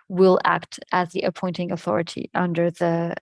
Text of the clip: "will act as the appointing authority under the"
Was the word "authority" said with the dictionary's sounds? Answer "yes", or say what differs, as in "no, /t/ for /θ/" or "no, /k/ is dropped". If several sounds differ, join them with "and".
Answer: yes